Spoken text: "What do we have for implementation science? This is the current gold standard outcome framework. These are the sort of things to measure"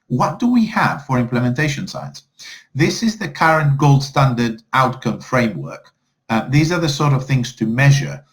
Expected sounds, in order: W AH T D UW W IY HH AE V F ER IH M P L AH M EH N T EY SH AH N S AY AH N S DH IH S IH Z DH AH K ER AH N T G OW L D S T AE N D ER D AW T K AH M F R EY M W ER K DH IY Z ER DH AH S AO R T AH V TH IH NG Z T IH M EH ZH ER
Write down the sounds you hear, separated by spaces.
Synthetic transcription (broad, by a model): W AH T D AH W IY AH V F ER IH M P L AH M EH N T EY SH AH N S AY AH N S DH IH S IH Z DH AH K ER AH N G OW L D S T AE N D ER D AW T K AH M F R EY M W ER K DH IY Z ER DH AH S AO R T AH V TH IH NG Z T IH M EH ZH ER